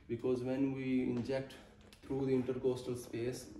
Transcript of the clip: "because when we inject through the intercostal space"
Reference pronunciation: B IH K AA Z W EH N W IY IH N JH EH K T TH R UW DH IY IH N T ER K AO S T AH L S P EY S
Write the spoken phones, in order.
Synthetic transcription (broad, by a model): B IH K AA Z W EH N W IY IH N JH EH K T T R UW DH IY IH N T ER K AO S T AH L S P EY S